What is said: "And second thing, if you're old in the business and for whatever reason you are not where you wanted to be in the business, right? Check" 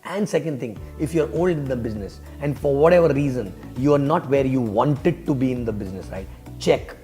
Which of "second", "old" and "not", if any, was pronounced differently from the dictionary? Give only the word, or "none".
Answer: none